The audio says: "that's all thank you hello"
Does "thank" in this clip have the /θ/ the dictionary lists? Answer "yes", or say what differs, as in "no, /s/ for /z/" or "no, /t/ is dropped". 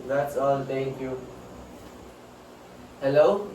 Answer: no, /t/ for /θ/